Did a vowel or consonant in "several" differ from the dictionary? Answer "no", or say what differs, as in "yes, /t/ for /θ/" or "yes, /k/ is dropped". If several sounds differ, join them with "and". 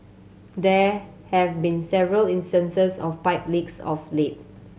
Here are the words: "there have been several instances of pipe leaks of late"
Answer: no